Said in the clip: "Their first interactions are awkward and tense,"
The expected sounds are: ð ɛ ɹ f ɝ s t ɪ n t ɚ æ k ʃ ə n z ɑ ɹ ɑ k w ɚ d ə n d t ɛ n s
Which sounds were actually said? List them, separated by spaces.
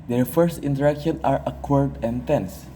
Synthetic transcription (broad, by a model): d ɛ ɹ f ɝ s t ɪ n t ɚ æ k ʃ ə n ɑ ɹ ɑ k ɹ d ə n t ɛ n s